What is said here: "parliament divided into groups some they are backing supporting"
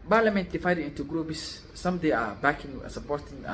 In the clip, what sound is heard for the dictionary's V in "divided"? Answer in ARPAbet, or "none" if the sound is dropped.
F